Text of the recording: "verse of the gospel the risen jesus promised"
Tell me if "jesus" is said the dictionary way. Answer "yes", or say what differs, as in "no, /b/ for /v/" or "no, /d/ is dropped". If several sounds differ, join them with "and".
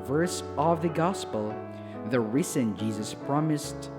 yes